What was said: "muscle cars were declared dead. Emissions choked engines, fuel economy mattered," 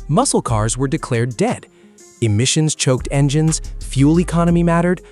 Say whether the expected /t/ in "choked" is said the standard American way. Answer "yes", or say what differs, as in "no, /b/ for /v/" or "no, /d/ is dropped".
yes